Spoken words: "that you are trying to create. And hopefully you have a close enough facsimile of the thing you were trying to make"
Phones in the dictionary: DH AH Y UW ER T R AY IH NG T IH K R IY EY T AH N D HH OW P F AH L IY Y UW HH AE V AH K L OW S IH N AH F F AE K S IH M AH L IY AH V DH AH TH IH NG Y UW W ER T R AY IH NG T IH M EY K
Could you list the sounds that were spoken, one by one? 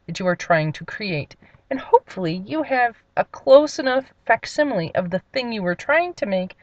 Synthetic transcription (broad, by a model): DH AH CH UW ER T R AY IH NG T IH K R IY EY T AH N HH OW P F L IY Y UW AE V AH K L OW S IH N AH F F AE K S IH M L IY AH V DH AH TH IH NG Y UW W ER T R AY IH NG T IH M EY K